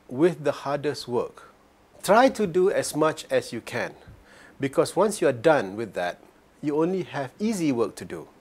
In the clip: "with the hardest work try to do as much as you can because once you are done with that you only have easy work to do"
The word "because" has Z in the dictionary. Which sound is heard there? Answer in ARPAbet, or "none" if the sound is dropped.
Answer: S